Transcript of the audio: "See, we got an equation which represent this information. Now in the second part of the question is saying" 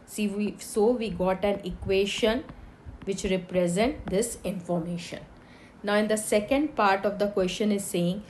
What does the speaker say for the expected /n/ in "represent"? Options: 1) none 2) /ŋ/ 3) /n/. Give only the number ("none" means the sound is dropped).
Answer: 3